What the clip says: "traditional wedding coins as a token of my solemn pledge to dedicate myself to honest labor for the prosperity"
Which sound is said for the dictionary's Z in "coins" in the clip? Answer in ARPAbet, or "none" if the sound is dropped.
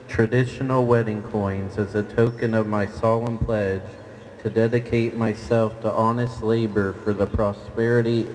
Z